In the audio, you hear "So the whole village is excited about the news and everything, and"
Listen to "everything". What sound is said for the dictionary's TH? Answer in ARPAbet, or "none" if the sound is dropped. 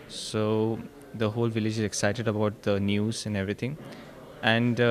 T